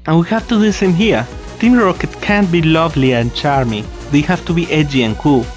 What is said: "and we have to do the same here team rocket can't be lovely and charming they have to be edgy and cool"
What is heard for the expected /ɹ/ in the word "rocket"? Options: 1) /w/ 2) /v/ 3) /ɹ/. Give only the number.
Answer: 3